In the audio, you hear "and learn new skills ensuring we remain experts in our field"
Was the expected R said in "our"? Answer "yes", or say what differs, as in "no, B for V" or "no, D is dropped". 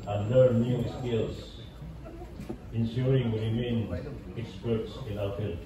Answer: no, L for R